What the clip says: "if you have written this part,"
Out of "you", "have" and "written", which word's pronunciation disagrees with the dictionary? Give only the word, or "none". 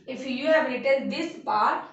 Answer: none